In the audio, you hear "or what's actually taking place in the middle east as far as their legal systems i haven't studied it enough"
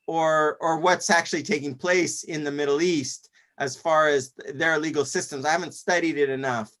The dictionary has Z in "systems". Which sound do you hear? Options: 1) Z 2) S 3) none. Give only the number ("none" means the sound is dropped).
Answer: 1